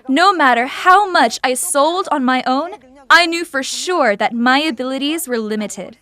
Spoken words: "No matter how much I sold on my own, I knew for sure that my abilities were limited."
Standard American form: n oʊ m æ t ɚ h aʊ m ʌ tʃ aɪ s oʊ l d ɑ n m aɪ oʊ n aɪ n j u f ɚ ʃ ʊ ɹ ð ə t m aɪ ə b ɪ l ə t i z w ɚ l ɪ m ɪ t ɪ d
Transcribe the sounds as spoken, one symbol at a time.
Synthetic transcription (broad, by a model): n oʊ m æ t ɚ h aʊ m ʌ tʃ aɪ s oʊ l d n m aɪ oʊ n aɪ n j u f ɚ ʃ ʊ ɹ ð ə t m aɪ ə b ɪ l ə t i z w ɚ l ɪ m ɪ t ɪ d